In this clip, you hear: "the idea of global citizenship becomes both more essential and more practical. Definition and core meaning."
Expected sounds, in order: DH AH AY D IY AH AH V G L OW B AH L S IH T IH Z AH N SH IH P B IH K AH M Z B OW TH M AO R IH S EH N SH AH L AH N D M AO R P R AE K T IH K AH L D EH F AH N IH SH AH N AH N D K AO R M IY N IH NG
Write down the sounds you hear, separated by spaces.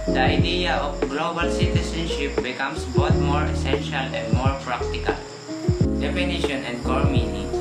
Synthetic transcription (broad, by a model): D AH AY D IY AH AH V G L OW B AH L S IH T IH S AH N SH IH P B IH K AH M S B OW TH M AO R IH S EH N SH AH L AH N D M AO R P R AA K T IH K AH L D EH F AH N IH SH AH N AH N D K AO R M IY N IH